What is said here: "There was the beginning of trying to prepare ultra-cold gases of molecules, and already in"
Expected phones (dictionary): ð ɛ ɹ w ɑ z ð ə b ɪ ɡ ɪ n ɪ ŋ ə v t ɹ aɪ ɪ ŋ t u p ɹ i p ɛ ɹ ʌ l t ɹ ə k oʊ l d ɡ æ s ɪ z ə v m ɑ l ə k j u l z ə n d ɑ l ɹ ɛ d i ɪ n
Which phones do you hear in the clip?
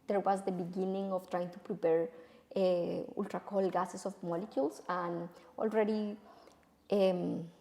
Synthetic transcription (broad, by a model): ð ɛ ɹ w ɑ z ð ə b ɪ ɡ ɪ n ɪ ŋ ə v t ɹ aɪ ɪ ŋ t u p ɹ i p ɛ ɹ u l t ɹ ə k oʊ l ɡ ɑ s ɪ s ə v m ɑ l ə k j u l s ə n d ɑ l ɹ ɛ d i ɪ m